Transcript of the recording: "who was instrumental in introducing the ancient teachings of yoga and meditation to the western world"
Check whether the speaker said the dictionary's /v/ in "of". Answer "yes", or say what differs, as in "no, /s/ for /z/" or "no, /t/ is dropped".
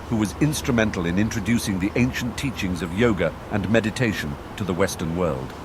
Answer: yes